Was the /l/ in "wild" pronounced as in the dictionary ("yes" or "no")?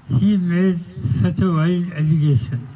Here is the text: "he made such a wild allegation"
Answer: no